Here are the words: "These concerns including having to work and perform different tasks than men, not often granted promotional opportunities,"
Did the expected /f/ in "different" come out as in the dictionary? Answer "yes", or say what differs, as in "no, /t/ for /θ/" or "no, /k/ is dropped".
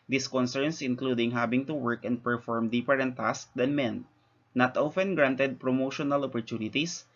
no, /p/ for /f/